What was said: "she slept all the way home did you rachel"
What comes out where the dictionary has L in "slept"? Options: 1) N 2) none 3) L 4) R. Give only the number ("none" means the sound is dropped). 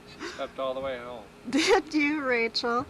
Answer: 2